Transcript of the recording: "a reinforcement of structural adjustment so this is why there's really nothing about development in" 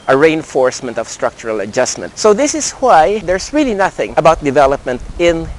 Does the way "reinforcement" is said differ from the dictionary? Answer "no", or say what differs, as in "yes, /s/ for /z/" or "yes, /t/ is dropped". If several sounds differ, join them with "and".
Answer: no